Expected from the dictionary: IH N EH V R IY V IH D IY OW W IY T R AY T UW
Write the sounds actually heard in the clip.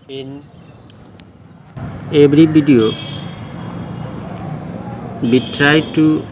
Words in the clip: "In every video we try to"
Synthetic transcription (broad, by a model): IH N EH B R IY B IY D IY OW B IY T R AY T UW